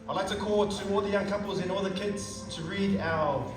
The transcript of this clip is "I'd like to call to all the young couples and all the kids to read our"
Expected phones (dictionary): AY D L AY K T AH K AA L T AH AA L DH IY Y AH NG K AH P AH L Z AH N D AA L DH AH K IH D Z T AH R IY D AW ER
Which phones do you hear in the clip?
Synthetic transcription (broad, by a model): AY L AY K T AH K AA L T AH AA L DH IY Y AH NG K AH P AH L Z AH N AA L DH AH K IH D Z T AH R IY D AW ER